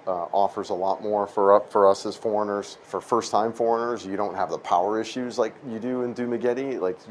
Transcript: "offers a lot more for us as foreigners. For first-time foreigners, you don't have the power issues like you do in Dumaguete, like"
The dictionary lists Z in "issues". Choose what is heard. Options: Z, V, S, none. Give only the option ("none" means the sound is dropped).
Z